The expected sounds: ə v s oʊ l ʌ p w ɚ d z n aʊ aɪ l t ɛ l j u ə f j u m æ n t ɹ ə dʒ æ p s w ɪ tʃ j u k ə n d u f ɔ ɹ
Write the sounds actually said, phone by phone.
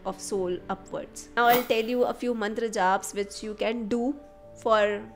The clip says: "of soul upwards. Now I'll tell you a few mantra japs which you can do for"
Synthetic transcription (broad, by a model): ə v s oʊ l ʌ p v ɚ d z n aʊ aɪ l t ɛ l j u ə f j u m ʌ n t ɹ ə dʒ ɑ b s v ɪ tʃ j u k ə n d u f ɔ ɹ